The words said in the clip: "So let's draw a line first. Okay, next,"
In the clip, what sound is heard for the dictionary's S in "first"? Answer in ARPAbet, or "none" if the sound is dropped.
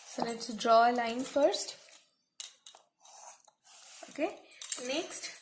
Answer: S